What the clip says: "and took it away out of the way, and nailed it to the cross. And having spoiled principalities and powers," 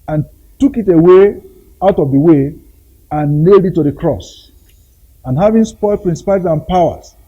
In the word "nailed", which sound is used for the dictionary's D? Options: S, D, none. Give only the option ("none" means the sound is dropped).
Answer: D